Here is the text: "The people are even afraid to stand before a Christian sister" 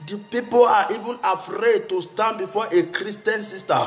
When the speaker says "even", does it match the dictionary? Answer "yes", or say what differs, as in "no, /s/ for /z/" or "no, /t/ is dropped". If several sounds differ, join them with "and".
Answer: yes